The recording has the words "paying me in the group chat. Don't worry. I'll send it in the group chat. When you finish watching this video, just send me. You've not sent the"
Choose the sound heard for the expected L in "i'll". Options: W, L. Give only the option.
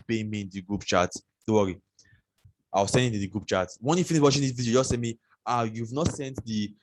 W